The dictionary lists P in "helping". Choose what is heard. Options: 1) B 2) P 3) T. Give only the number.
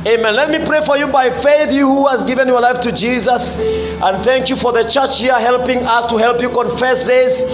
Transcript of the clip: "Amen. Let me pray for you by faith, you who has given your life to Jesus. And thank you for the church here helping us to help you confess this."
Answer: 2